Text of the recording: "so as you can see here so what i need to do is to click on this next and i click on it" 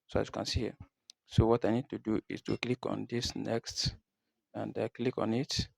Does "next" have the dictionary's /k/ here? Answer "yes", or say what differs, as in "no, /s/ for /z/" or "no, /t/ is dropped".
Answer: yes